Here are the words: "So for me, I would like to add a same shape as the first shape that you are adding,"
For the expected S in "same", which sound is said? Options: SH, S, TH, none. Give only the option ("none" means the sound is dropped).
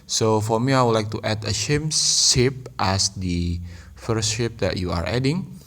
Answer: SH